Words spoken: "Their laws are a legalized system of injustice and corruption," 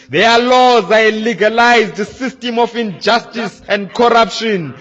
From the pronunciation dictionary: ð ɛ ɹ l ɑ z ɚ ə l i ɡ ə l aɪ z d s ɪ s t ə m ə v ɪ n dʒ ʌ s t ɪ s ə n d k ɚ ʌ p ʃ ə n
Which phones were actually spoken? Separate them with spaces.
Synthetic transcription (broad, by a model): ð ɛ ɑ l ɑ z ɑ ə l i ɡ ə l aɪ z d s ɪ s t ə m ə f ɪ n dʒ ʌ s t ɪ s ə n d k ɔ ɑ p ʃ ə n